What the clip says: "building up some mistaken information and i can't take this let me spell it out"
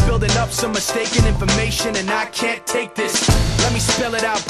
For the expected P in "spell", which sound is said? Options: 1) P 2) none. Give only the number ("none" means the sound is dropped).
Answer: 1